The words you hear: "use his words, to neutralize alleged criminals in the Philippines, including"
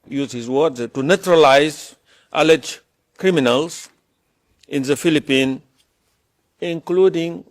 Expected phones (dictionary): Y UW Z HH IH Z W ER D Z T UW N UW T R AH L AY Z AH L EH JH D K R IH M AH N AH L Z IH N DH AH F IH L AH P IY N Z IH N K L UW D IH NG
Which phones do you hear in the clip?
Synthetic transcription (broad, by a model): Y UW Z HH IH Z W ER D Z T UW N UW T R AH L AY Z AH L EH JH K R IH M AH N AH L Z IH N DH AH F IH L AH P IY N IH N K L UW D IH NG